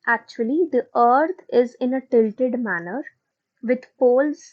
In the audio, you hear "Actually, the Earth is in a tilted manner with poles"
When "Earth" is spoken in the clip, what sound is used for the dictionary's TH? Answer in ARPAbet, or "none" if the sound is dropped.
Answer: T